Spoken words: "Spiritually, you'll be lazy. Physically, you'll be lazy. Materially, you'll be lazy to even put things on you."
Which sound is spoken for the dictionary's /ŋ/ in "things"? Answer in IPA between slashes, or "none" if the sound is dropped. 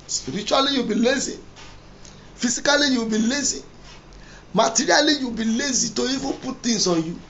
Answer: none